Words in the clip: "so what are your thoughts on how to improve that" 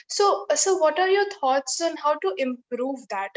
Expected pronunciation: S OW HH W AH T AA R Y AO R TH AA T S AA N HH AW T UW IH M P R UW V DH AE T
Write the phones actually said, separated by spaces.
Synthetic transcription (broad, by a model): S OW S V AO T AA R Y AO R T AA T S AA N HH AW T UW IH M P R UW V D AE T